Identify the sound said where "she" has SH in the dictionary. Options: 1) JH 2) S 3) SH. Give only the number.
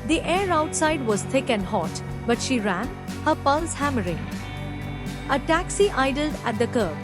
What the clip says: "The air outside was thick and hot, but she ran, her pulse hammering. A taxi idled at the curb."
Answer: 3